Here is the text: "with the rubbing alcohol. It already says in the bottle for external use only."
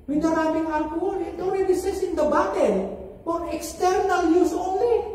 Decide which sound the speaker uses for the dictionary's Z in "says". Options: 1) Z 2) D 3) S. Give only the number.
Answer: 3